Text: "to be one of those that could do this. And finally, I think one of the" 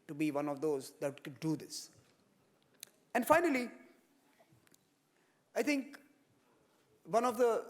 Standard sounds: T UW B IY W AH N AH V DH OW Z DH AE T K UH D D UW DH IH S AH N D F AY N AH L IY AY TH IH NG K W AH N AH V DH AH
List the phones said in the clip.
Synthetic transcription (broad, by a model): T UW B IY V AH N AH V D OW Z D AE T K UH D D UW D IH S AH N D F AY N AH L IY AY T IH NG K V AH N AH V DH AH